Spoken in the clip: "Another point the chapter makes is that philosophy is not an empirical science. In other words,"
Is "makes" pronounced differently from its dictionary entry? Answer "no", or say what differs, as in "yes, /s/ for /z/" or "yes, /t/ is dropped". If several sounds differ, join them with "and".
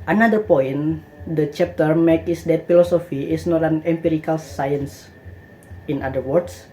yes, /s/ is dropped